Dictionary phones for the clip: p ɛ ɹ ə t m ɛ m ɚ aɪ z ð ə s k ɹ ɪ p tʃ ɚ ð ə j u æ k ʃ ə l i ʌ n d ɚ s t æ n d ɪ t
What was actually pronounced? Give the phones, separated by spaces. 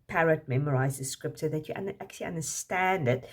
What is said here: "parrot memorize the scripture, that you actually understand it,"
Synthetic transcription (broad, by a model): p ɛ ɹ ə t m ɛ m ɚ aɪ z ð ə s k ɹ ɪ p s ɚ ð ə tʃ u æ k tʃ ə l i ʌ n d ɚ s t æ n d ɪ t